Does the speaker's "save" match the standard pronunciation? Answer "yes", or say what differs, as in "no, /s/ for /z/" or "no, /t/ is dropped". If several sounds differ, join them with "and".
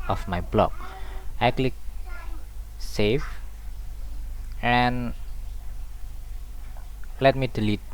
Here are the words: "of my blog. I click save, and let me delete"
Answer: no, /f/ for /v/